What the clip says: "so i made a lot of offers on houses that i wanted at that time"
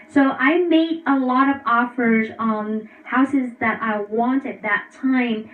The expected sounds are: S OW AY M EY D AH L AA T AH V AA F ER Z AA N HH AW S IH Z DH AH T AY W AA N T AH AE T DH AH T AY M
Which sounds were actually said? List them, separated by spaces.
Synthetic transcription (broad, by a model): S OW AY M EY D AH L AA T AH V AA F ER Z N HH AW S IH Z DH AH T AY W AA N T AH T DH AH T AY M